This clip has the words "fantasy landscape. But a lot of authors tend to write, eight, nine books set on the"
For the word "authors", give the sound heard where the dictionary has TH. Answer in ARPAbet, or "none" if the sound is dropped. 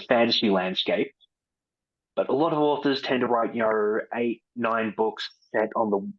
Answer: TH